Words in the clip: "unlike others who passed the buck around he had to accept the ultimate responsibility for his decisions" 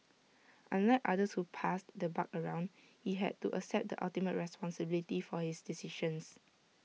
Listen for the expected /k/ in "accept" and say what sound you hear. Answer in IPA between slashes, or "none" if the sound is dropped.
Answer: none